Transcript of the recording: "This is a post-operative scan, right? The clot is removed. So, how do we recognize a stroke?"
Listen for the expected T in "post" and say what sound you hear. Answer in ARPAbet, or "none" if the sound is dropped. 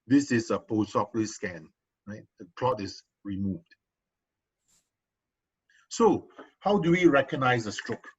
none